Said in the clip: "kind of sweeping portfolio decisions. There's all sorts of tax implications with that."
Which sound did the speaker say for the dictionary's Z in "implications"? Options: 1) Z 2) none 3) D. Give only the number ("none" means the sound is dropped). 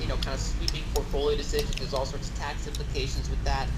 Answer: 1